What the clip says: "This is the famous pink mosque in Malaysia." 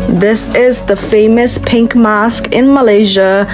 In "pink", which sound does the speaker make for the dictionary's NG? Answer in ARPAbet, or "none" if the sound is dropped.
NG